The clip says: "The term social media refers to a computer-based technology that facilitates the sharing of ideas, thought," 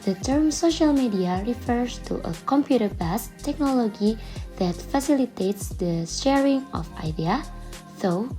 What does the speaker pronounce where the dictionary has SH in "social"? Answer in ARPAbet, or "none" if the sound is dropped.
SH